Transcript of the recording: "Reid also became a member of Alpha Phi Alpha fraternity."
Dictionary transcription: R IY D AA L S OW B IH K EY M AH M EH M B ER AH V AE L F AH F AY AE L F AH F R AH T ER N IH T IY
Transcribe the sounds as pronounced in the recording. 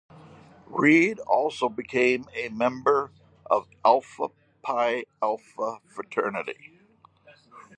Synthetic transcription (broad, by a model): R IY D AA L S OW B IH K EY M AH M EH M B ER AH V AE L F AH P AY AE L F AH F R AH T ER N IH T IY